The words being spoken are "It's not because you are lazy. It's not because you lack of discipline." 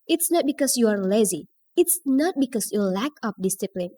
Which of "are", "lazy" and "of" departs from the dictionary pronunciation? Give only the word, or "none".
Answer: of